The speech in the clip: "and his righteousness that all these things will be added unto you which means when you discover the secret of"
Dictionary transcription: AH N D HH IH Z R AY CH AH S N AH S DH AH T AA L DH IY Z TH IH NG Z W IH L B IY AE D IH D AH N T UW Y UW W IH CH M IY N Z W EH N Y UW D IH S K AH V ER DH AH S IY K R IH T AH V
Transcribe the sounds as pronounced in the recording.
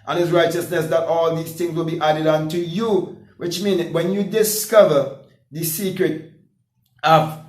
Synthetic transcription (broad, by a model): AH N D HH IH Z R AY CH AH S N AH S DH AH T AA L DH IY Z TH IH NG Z W IH L B IY AE D IH D AH N T UW Y UW W IH CH M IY N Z W EH N Y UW D IH S K AH V ER DH AH S IY K R IH T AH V